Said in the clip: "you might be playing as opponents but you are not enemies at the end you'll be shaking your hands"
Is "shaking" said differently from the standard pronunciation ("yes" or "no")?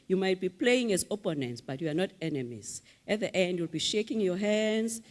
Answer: no